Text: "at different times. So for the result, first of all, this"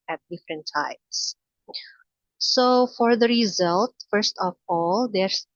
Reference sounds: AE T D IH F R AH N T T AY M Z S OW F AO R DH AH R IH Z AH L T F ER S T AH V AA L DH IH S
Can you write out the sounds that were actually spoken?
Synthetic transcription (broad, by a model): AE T D IH F R AH N T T AY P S S OW F AO R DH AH R IH Z AH L T F ER S T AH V AA L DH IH S